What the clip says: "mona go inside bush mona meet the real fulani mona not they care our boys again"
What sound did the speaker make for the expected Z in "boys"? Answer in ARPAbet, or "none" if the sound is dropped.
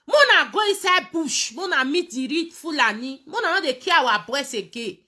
S